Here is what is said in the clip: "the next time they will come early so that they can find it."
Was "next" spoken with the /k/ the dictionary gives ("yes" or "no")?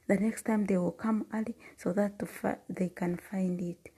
yes